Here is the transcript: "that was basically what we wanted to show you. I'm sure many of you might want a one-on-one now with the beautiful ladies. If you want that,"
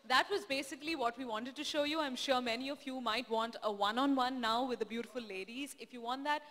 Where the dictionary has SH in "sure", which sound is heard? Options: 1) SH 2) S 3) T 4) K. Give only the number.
1